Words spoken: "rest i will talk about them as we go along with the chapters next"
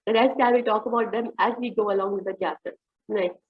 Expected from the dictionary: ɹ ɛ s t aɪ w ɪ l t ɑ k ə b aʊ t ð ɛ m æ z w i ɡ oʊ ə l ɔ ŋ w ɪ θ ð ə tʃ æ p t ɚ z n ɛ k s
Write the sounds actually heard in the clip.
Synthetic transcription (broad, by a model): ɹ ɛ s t aɪ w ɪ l t ɑ k ə b aʊ t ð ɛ m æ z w i ɡ oʊ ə l ɔ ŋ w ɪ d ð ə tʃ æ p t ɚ n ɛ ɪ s